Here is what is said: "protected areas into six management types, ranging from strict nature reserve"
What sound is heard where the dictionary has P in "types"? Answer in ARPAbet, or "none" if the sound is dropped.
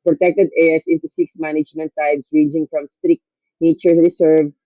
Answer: B